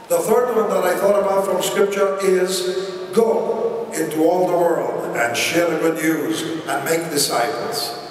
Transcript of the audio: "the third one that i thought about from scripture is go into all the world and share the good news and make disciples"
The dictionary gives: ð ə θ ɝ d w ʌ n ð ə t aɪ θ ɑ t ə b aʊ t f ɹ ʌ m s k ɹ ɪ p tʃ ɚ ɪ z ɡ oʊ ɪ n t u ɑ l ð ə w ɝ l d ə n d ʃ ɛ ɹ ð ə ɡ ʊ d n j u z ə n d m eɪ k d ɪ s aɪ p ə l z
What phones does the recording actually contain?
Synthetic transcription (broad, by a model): ð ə θ ɝ d w ʌ n ð ə t aɪ θ ɑ t ə b aʊ t f ɹ ʌ m s k ɹ ɪ p tʃ ɚ ɪ z ɡ oʊ ɪ n t u ɑ l ð ə w ɝ l d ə n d ʃ ɛ ɹ ð ə ɡ ʊ d n j u z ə n m eɪ k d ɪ s aɪ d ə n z